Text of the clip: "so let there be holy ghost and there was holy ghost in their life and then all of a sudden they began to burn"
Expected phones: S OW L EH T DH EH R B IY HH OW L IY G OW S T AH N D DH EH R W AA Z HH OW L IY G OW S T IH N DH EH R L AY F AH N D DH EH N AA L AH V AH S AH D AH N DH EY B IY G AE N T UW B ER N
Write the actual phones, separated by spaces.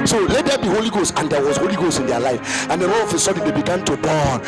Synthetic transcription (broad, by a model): S OW L EH T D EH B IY HH OW L IY G OW S T AH N D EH W AA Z HH OW L IY G OW S T IH N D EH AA L AY F AH N D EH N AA N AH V AH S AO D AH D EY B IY G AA N T UW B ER N